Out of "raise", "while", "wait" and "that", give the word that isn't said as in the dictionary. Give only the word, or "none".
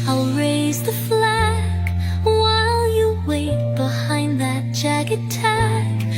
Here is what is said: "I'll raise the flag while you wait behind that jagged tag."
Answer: none